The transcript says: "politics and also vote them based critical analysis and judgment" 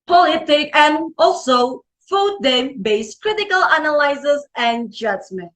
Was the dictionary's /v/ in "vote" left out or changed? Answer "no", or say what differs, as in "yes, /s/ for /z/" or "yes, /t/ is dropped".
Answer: yes, /f/ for /v/